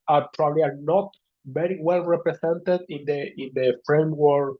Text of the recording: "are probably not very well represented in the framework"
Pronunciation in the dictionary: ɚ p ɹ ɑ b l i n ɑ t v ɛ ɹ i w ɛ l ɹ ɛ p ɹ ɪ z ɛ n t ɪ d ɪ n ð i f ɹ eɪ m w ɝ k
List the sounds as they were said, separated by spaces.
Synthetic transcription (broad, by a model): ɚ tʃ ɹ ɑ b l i n ɑ t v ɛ ɹ i w ɛ l ɹ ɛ p ɹ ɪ s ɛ n t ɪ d ɪ n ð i f ɹ eɪ m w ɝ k